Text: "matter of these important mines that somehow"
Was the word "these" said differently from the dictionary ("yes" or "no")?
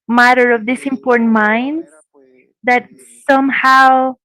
yes